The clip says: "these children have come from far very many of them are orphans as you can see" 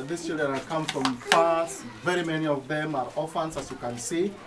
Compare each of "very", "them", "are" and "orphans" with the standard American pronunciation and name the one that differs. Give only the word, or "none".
orphans